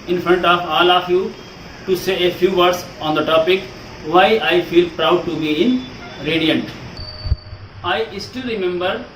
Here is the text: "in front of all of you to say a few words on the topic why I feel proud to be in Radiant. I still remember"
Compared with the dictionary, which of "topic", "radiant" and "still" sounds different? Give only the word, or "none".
none